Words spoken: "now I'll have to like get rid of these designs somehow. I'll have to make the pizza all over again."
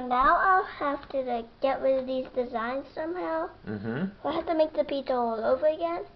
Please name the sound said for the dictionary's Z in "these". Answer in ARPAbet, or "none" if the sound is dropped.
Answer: Z